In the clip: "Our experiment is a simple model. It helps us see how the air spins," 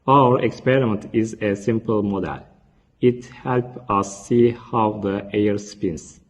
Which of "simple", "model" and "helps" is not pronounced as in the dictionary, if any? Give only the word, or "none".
helps